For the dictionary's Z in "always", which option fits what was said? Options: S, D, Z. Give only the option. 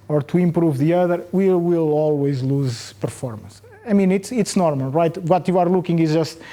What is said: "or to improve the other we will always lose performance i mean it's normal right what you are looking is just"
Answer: Z